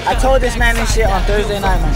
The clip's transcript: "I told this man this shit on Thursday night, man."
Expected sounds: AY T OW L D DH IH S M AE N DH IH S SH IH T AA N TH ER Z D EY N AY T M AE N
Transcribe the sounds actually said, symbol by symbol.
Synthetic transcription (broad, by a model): AY T OW L D DH IH S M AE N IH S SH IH AA N TH ER Z D EY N AY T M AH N